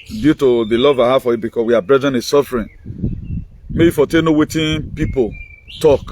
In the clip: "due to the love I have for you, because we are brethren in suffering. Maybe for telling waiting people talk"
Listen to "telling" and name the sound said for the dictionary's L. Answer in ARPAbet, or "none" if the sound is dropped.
N